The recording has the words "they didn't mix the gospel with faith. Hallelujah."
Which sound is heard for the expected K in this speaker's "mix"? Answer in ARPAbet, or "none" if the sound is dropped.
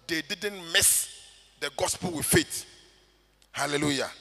none